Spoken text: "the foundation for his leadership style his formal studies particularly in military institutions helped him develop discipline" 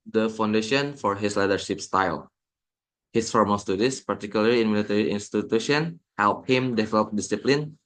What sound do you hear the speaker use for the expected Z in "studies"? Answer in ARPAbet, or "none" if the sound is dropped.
S